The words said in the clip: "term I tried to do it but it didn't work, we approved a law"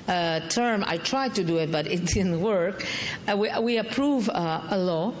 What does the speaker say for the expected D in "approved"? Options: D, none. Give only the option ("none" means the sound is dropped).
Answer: none